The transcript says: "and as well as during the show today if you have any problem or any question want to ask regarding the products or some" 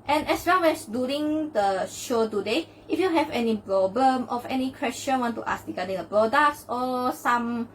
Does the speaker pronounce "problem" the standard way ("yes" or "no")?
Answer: yes